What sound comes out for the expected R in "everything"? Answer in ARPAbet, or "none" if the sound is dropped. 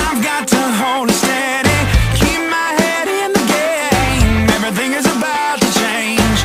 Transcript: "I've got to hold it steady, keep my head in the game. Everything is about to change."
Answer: R